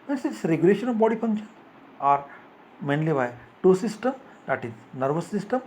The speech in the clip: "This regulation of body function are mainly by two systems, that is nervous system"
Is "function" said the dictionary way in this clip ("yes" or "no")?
no